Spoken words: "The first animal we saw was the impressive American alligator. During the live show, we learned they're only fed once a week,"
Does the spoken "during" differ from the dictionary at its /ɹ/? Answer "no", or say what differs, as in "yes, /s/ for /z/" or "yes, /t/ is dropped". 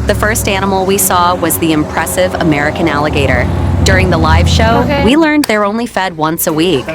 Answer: no